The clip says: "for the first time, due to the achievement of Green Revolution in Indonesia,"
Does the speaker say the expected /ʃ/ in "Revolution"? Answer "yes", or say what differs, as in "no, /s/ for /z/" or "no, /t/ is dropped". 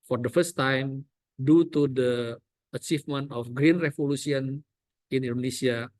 no, /s/ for /ʃ/